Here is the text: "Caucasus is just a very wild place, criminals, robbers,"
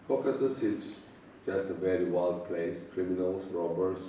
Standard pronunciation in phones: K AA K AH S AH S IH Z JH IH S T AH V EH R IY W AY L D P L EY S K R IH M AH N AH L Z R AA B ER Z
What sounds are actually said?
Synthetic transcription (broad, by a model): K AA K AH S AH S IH S JH IH S T AH V EH R IY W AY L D P L EY S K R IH M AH N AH L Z R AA B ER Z